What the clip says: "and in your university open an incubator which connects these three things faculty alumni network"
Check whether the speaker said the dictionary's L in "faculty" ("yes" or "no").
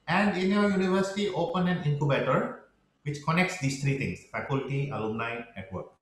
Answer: yes